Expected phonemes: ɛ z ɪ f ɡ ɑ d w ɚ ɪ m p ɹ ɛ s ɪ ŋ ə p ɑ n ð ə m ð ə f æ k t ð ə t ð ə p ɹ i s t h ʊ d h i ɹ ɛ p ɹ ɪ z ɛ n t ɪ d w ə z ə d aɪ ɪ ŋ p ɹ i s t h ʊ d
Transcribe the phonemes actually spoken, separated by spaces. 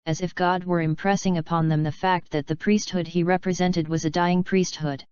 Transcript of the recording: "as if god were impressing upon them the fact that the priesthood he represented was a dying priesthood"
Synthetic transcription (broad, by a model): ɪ z ɪ f ɡ ɑ d w ɚ ɪ m p ɹ ɛ s ɪ ŋ ə p ɑ n ð ə m ð ə f æ k t ð ə t ð ə p ɹ i s t h ʊ d i ɹ ɛ p ɹ ɪ z ɛ n t ɪ d w ə z ə d aɪ ɪ ŋ p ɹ i s t h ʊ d